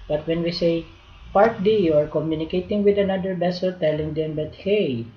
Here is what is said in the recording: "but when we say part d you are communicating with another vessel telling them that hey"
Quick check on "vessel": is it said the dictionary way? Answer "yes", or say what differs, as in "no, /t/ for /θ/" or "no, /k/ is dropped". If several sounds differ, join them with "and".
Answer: no, /b/ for /v/